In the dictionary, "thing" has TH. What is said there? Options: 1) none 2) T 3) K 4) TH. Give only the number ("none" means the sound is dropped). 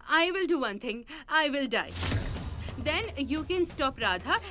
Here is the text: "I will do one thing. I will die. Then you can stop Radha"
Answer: 2